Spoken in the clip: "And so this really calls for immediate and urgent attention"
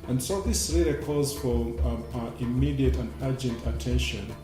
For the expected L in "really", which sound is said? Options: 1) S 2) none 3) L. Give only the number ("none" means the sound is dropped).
2